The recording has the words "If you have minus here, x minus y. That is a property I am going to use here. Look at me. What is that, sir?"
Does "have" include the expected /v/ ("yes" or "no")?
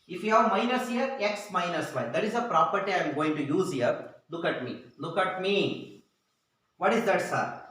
yes